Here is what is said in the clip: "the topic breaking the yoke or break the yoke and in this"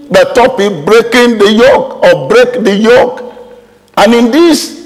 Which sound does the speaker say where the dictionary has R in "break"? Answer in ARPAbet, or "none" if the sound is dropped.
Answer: R